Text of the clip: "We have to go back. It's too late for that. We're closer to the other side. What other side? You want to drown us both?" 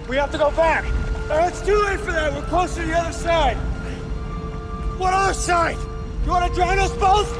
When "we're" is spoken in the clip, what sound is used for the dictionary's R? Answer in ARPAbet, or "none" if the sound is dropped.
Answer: L